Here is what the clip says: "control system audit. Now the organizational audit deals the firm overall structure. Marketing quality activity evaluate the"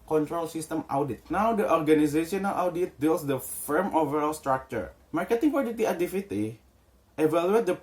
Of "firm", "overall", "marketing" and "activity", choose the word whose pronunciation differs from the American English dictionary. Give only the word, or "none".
activity